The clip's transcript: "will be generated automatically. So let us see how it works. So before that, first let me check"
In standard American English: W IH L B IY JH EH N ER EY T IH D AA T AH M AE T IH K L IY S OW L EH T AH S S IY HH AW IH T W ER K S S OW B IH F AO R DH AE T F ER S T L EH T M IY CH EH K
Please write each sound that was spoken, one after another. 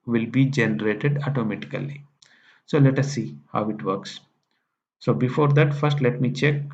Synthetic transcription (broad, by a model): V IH L B IY JH EH N ER EY T IH D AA T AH M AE T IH K L IY S OW L EH T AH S S IY HH AW IH T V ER K S S OW B IH F AO R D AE T F ER S T L EH T M IY CH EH K